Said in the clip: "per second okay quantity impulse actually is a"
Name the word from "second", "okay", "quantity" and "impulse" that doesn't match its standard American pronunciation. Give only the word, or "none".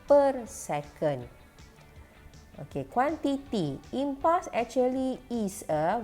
impulse